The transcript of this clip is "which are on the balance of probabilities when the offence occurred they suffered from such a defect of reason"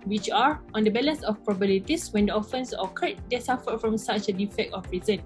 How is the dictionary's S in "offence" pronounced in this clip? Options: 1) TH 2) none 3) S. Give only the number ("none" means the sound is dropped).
3